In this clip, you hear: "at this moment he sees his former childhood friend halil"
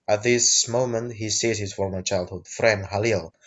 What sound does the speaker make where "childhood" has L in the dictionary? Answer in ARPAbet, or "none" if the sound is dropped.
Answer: L